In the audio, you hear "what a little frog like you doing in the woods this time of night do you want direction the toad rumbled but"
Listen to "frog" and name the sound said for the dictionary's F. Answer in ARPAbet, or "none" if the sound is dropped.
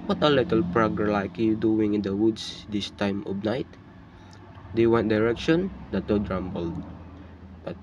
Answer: P